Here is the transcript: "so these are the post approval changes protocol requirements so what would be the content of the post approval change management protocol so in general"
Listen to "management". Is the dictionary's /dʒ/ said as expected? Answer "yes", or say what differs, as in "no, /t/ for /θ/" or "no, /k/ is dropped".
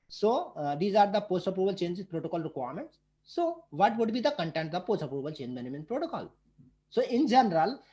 no, /dʒ/ is dropped